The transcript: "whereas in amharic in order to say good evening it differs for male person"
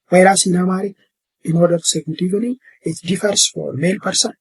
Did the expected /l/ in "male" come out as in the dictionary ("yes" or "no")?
yes